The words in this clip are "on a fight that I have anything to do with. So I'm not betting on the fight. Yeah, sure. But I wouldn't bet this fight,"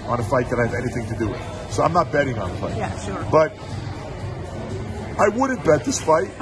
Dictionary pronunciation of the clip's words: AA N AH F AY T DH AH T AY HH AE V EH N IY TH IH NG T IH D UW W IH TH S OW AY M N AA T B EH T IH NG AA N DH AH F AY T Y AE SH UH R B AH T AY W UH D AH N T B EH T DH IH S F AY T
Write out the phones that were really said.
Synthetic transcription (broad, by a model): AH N AH F AY T DH AH T AY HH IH V EH N IY TH IH NG T IH D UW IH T S OW AY M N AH T B EH T IH NG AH N DH AH F AY T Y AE SH UH R B AH T AY W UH D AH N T B EH T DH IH S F AY T